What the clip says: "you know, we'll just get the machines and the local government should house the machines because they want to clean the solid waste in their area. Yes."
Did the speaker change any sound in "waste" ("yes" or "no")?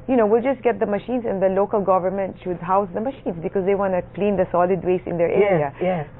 yes